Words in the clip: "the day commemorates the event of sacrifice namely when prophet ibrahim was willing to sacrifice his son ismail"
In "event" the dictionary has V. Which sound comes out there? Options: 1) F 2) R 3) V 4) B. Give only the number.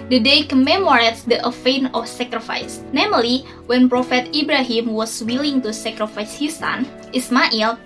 1